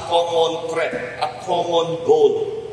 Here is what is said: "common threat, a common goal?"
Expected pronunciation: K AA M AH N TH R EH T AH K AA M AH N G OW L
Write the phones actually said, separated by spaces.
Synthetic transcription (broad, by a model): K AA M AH N T R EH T AH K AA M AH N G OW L